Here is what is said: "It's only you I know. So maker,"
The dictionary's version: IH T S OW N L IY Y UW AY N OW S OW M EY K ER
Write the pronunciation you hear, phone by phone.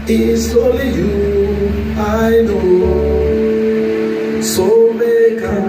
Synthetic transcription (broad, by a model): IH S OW L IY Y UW AY N OW S OW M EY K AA